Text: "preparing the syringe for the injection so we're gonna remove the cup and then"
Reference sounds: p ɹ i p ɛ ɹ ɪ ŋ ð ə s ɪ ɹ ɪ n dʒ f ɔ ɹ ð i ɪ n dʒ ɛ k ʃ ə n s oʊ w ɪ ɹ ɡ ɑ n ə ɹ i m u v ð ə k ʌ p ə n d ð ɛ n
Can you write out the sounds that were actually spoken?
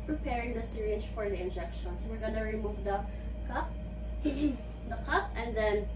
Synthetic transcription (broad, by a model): p ɹ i p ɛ ɹ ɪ ŋ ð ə s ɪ ɹ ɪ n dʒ f ɔ ɹ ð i ɪ n dʒ ɛ k ʃ ə n s oʊ w ɪ ɹ ɡ ɑ n ə ɹ i m u v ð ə k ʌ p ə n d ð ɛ n